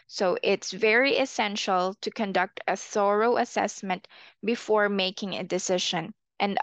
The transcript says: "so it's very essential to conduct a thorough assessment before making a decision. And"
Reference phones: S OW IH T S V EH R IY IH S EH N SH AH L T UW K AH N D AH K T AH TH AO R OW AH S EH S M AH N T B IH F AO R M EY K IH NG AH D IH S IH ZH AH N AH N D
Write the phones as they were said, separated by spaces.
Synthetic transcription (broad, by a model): S OW IH T S V EH R IY IH S EH N SH AH L T UW K AH N D AH K T AH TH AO R OW AH S EH S M AH N T B IH F AO R M EY K IH NG AH D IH S IH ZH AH N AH N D